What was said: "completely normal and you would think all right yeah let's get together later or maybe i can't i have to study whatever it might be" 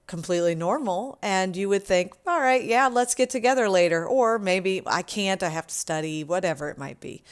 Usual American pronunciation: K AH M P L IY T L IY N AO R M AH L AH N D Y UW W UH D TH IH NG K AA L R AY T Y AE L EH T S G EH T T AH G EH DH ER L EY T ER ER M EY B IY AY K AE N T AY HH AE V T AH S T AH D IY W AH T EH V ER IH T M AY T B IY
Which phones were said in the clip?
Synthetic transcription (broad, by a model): K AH M P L IY T L IY N AO R M L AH N Y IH W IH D TH IH NG K AA L R AY T Y AE L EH T S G EH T T AH G EH DH ER L EY T ER ER M EY B IY AY K AE N T AY HH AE F T AH S T AH D IY W AH T EH V ER IH T M AY T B IY